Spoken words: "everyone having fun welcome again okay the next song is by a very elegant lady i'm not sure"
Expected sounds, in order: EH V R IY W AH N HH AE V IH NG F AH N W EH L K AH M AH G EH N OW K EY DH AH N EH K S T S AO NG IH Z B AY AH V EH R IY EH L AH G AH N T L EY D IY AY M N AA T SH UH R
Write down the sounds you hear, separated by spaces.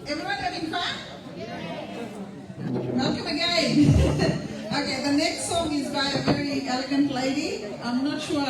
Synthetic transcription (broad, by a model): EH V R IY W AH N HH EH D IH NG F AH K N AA K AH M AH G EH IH OW K EY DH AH N EH K S T S AO NG IH Z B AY AH V EH R IY EH L AH G AH N T L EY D IY AY M N AA T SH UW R